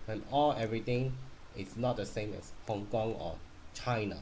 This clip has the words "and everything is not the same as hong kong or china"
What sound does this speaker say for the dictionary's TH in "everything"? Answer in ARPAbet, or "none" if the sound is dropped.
T